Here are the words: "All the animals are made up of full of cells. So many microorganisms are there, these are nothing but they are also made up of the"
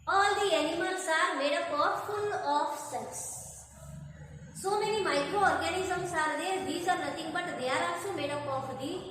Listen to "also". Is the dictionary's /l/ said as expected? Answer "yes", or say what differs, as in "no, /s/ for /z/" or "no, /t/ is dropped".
no, /l/ is dropped